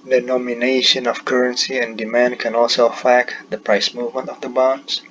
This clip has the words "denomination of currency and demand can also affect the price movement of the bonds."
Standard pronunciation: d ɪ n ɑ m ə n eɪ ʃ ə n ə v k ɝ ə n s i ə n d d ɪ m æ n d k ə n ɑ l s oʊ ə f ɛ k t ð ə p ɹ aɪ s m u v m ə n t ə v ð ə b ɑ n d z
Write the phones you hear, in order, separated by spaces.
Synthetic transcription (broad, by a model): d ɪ n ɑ m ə n eɪ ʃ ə n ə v k ɝ ə n s i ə n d d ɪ m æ n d k ə n ɑ l s oʊ f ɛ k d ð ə p ɹ aɪ s m u v m ə n t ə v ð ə b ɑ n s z